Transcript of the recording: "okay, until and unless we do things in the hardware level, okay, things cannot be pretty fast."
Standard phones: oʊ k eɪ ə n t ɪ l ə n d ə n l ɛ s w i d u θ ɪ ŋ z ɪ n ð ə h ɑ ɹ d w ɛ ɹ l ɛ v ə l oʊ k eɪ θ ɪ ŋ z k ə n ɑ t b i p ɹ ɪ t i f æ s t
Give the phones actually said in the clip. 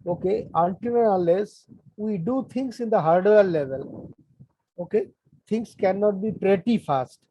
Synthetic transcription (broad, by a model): oʊ k eɪ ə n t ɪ n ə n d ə l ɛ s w i d u t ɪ ŋ s ɪ n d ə h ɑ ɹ d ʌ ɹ l ɛ v ə l oʊ k eɪ t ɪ ŋ s k ə n ɑ t b i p ɹ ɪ t i f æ s t